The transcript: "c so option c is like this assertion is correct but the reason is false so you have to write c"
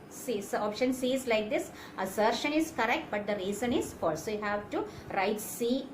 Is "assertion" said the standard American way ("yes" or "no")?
yes